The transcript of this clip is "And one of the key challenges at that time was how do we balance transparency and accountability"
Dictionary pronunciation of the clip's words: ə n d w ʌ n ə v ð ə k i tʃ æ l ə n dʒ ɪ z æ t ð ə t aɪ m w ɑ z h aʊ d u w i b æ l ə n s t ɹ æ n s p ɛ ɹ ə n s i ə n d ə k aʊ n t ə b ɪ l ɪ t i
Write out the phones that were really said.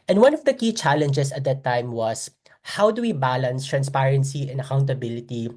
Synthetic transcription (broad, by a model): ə n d w ʌ n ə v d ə k i tʃ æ l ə n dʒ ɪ s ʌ t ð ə t aɪ m w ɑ s h aʊ d u w i b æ l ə n s t ɹ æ n s p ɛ ɹ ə n s i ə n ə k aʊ n t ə b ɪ l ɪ t i